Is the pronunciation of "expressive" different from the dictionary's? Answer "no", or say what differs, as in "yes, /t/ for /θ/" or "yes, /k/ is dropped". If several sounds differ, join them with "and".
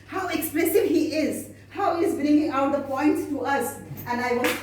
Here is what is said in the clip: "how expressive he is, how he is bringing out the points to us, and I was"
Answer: yes, /l/ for /ɹ/